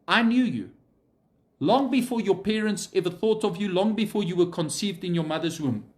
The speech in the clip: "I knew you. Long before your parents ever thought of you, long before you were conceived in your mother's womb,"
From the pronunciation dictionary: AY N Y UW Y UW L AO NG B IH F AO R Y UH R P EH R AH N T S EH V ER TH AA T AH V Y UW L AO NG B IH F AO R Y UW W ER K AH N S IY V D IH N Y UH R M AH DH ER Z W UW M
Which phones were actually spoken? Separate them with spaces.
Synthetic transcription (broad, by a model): AY N Y UW Y UW L AO NG B IH F AO R Y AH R P EH R AH N T S EH V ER TH AA T AH V Y UW L AO NG B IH F AO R Y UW W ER K AH N S IY V D IH N Y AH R M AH DH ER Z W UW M